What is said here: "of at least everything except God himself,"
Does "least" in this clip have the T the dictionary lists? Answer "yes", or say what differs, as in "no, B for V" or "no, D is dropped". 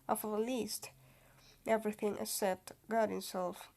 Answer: yes